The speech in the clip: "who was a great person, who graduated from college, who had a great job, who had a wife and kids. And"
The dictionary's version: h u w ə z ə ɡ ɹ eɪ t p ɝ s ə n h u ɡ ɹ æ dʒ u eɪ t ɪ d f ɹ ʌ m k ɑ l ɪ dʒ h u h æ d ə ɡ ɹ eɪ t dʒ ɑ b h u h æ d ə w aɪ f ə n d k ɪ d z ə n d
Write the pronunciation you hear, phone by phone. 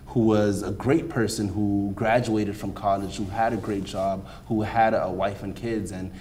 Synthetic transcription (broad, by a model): h u w ə z ə ɡ ɹ eɪ t p ɝ s ə n h u ɡ ɹ æ dʒ u eɪ t ɪ d f ɹ ʌ m k ɑ l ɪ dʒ h u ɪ d ə ɡ ɹ eɪ t dʒ ɑ b h u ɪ d ə w aɪ f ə n k ɪ d z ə n